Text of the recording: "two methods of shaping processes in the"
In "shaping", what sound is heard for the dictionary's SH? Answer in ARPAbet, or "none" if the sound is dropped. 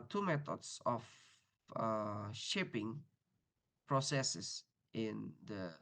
SH